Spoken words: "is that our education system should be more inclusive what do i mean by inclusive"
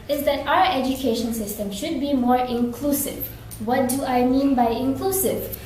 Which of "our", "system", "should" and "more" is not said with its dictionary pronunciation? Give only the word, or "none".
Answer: none